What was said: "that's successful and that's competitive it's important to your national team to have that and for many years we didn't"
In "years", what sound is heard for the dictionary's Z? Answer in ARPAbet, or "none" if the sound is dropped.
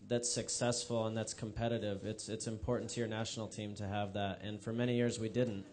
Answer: Z